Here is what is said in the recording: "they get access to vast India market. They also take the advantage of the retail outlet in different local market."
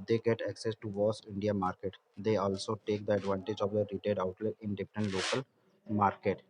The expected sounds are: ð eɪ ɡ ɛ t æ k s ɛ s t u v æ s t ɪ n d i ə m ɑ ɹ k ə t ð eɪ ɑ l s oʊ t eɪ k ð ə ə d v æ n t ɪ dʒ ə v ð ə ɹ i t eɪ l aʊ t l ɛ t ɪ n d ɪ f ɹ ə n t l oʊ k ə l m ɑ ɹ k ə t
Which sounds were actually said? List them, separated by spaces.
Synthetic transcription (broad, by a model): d eɪ ɡ ɛ t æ k s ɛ s t u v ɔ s ɪ n d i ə m ɑ ɹ k ə t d eɪ ɑ l s oʊ t eɪ k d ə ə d v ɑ n t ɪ dʒ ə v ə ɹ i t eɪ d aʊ t l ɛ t ɪ n d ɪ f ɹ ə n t l oʊ k ə l m ɑ ɹ k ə t